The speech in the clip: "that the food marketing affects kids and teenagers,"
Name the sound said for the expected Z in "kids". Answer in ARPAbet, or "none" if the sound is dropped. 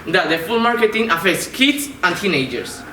S